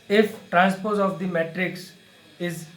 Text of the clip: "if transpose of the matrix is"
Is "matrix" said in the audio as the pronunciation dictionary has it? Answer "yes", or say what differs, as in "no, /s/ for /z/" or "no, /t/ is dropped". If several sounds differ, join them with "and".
yes